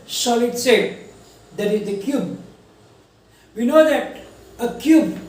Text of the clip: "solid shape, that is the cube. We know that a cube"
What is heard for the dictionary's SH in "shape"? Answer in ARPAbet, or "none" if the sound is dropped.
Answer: S